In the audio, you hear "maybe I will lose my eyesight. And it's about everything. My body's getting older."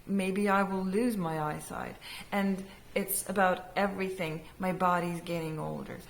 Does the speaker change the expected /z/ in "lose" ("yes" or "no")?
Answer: no